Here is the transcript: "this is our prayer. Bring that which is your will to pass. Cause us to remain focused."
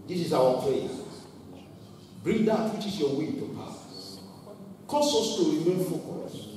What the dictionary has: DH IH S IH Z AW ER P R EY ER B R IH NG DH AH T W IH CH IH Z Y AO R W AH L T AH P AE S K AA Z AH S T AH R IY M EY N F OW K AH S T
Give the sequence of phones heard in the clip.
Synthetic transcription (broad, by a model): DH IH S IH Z AW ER P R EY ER B R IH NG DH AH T W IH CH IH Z Y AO W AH N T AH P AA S K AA S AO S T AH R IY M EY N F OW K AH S